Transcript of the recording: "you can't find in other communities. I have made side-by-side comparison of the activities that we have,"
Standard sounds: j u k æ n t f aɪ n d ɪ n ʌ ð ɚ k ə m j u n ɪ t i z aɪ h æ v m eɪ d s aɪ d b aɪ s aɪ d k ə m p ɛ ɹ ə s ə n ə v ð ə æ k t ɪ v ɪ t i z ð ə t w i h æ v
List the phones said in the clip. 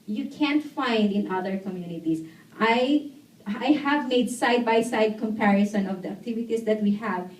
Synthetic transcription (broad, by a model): j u k æ n t f aɪ n d ɪ n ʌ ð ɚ k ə m j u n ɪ t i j aɪ h æ v m eɪ d s aɪ d b aɪ s aɪ d k ə m p ɛ ɹ ə s ə n ə v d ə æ k t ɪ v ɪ t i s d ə t w i h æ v